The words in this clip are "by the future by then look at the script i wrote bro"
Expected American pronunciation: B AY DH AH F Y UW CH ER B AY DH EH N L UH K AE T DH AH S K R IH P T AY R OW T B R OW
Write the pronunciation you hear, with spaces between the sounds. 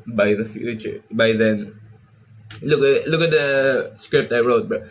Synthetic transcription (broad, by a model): B AY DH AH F Y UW CH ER B AY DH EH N L UH K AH T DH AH S K R IH P T AY R OW T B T